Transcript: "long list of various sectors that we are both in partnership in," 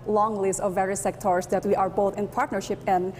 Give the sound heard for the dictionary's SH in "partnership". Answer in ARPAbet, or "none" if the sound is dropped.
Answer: SH